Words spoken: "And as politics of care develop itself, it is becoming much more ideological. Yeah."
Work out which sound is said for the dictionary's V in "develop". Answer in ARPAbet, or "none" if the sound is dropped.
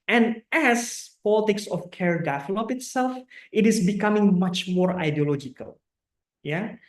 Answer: F